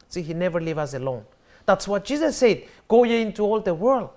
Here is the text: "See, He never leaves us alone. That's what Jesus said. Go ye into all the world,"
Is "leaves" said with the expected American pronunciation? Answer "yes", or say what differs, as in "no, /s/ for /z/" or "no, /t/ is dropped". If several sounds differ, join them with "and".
no, /z/ is dropped